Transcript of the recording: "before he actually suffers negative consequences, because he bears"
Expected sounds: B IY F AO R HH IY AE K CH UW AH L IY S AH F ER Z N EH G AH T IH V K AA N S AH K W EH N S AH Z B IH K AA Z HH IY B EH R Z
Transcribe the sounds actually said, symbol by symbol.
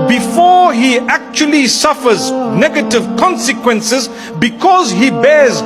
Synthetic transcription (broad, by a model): B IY F AO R HH IY AE K CH UW AH L IY S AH F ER Z N EH G AH T IH V K AA N S AH K W EH N S AH Z B IH K AA Z HH IY B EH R Z